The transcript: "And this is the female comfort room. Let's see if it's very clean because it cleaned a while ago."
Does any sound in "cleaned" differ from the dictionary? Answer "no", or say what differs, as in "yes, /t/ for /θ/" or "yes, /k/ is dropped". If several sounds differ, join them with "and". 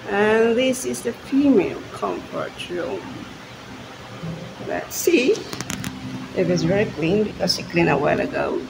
yes, /d/ is dropped